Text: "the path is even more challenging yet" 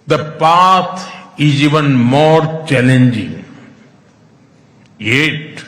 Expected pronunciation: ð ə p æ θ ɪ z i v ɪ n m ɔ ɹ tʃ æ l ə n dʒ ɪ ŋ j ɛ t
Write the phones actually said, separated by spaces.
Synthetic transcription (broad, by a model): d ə p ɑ t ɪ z i v ɪ n m ɔ ɹ tʃ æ l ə n dʒ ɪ ŋ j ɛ t